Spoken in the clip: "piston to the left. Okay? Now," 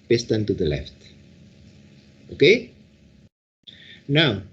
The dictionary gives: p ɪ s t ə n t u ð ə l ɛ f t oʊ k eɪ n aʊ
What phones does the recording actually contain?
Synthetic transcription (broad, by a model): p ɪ s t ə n t u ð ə l ɛ f t oʊ k eɪ n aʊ